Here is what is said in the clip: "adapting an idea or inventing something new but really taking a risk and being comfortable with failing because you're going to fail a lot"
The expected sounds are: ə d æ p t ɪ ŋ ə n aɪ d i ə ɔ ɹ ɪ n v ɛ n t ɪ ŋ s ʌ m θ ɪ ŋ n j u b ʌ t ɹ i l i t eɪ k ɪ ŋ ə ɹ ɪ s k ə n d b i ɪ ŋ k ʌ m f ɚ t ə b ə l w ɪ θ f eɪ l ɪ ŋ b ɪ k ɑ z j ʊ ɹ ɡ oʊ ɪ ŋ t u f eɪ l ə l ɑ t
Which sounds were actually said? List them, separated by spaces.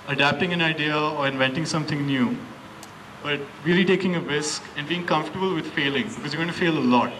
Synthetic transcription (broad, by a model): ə d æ p t ɪ ŋ ə n aɪ d i ə ɔ ɹ ɪ n v ɛ n t ɪ ŋ s ʌ m t ɪ ŋ n j u b ʌ t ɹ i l i t eɪ k ɪ ŋ ə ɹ ɪ s k ə n d b i ɪ ŋ k ʌ m f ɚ t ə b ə l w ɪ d f eɪ l ɪ ŋ b ɪ k ɑ z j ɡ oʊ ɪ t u f eɪ l ə l ɑ t